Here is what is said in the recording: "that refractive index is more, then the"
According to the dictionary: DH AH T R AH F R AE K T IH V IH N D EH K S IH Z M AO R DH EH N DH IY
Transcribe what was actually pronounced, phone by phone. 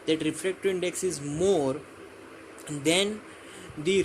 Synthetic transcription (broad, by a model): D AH T R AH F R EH K T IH IH N D EH K S IH Z M AO R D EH N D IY